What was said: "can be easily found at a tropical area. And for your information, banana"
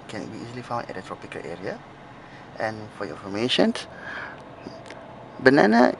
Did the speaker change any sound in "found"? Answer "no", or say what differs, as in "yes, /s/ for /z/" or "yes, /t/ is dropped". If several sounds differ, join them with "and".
yes, /d/ is dropped